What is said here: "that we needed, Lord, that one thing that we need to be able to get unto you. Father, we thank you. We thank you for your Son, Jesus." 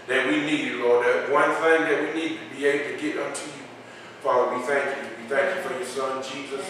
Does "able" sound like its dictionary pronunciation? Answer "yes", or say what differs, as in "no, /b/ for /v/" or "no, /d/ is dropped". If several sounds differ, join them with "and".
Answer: no, /b/ is dropped